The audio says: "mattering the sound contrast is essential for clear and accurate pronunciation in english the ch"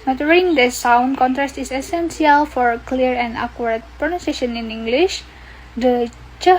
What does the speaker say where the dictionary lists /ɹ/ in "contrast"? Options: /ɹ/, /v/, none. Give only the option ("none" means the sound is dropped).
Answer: /ɹ/